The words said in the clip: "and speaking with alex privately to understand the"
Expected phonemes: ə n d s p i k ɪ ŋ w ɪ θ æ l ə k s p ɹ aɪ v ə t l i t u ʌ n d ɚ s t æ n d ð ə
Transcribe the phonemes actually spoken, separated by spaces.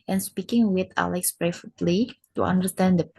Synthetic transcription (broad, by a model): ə n s p i k ɪ ŋ w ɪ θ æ l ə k s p ɹ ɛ f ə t l i t u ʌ n d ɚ s t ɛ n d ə